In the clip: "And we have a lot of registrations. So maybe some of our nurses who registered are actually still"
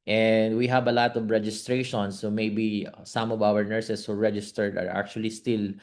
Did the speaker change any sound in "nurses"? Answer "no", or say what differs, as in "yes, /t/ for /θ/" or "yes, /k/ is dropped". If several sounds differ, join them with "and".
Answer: yes, /s/ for /z/